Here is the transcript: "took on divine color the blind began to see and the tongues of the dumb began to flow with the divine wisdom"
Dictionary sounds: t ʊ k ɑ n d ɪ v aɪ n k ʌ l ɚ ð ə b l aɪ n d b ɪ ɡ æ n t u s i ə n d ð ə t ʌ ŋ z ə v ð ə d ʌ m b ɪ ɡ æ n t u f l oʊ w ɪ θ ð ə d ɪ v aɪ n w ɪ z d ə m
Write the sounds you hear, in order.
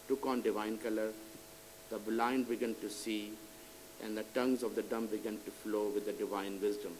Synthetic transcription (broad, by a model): t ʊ k ɑ n d ɪ v aɪ n k ʌ l ɚ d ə b l aɪ n d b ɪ ɡ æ n t u s i ə n d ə t ʌ ŋ z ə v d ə d ʌ m b ɪ ɡ æ n t u f l oʊ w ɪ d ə d ɪ v aɪ n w ɪ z d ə m